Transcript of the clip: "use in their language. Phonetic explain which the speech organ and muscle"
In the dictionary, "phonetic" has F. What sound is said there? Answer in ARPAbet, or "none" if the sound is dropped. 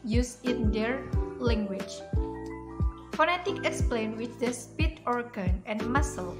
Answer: F